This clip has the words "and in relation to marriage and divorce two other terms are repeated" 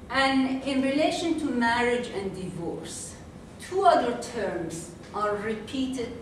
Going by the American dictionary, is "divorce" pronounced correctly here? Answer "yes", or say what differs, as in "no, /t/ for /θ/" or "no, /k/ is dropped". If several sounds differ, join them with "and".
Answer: yes